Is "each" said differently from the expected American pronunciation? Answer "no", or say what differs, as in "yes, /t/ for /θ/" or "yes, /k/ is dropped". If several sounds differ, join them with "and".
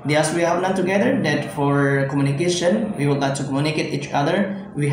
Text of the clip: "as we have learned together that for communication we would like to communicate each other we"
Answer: no